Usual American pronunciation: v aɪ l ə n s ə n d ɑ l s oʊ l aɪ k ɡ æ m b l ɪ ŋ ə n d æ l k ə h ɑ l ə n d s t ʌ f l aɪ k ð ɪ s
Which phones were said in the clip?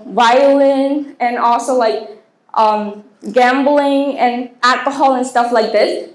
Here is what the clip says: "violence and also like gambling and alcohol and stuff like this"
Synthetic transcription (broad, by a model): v aɪ l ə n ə n ɑ l s oʊ l aɪ k ɡ æ m b l ɪ ŋ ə n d æ l k ə h ɑ l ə n s t ʌ f l aɪ k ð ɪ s